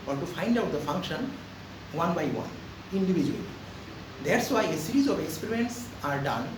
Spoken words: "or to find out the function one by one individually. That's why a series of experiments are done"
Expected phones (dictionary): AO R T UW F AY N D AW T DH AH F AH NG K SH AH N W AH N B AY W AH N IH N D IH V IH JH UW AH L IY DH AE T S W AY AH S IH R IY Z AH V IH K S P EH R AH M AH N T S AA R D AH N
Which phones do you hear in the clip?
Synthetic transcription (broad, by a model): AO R T UW F AY N D AW T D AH F AH NG K SH AH N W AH N B AY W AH N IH N D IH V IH JH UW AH L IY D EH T S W AY AH S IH R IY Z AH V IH K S P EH R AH AH N T S AA R D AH N